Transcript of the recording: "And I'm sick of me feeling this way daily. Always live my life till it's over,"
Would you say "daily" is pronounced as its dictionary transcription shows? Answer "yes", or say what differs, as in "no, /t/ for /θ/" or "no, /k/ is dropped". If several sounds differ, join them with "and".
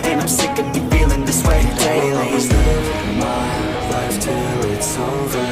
no, /l/ is dropped